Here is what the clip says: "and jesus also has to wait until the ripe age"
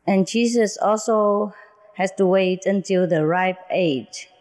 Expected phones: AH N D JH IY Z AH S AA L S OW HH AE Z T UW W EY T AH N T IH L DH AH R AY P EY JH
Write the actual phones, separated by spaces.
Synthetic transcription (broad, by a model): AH N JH IY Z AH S AA L S OW HH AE S T UW W EY T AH N T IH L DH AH R AY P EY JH